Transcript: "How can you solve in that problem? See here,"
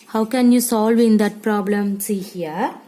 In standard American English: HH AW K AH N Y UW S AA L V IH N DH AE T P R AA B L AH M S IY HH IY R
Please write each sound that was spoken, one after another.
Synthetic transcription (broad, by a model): HH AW K AH N Y UW S AA L V IH N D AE T P R AA B L AH M S IY HH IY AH